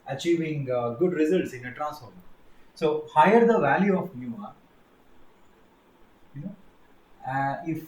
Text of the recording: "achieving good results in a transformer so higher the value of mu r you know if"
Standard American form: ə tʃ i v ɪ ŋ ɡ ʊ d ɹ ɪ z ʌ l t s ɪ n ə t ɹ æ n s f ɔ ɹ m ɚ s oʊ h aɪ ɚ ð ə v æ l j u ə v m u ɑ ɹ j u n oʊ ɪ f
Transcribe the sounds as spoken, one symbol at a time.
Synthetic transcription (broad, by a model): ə tʃ i v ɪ ŋ ɡ ʊ d ɹ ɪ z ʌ l t s ɪ n ə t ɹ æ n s ɔ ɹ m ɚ s oʊ h aɪ ɚ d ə v æ l j u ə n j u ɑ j n oʊ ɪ f